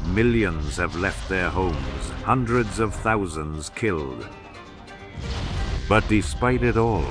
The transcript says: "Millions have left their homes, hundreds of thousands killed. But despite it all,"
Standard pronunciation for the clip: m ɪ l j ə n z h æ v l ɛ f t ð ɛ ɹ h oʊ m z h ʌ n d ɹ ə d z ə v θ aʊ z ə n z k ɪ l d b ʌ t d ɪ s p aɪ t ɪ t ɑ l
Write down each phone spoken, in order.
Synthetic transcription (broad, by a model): m ɪ l j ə n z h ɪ v l ɛ f t ð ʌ ɹ h oʊ m z h ʌ n d ɹ ə d z ə v θ aʊ z ə n z k ɪ l d b ʌ t d ɪ s p aɪ t ɪ t ɑ l